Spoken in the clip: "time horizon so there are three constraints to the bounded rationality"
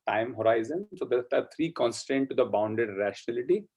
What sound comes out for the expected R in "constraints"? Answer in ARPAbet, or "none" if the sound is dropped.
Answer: none